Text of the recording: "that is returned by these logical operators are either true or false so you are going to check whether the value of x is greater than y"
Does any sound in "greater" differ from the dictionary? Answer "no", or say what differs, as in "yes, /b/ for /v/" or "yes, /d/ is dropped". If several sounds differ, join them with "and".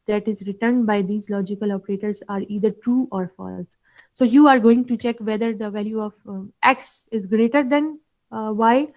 no